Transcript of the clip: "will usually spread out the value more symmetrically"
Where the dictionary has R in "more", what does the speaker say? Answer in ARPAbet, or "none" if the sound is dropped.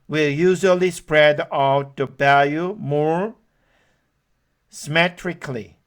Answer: R